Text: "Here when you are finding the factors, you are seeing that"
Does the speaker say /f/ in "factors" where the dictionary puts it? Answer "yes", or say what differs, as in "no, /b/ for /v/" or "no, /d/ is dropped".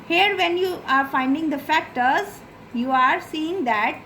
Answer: yes